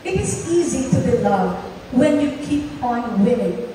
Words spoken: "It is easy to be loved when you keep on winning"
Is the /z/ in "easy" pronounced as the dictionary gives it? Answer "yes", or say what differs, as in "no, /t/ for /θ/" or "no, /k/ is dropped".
yes